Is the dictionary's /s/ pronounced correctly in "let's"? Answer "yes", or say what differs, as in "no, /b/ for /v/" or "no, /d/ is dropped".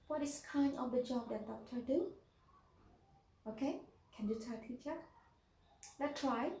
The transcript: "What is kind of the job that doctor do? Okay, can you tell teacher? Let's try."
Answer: no, /s/ is dropped